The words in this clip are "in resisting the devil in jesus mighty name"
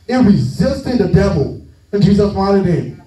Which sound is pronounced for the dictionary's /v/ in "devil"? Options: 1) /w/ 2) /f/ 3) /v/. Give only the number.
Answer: 3